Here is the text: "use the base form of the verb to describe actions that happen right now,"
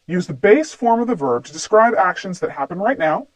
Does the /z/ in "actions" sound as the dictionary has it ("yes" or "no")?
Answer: yes